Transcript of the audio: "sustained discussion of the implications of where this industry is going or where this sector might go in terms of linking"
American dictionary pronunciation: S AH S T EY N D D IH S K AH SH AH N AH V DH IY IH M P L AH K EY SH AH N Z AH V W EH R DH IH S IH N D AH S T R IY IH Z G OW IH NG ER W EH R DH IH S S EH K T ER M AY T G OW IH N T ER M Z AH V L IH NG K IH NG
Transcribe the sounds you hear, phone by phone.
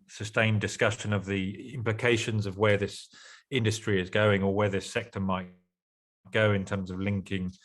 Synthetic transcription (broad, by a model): S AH S T EY N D D IH S K AH SH AH N AH V DH IY IH M P L AH K EY SH AH N Z AH V W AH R DH IH S IH N D AH S T R IY IH Z G OW IH NG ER W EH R DH IH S S EH K T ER M AY T G OW IH N T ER M Z AH V L IH NG K IH NG